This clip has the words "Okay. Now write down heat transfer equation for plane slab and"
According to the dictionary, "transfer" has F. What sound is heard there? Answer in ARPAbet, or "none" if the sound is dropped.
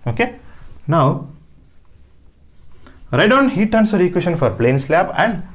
none